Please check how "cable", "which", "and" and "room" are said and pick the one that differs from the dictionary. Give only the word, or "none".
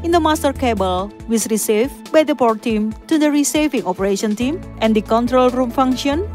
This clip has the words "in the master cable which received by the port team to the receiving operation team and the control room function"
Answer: which